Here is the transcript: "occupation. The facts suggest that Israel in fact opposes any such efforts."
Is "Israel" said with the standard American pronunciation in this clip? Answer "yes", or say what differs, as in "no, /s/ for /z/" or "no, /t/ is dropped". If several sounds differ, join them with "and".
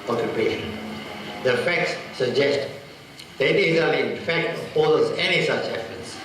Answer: no, /ɹ/ is dropped